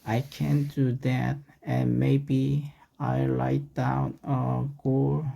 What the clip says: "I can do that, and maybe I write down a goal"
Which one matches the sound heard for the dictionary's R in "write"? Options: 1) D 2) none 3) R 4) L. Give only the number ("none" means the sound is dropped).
4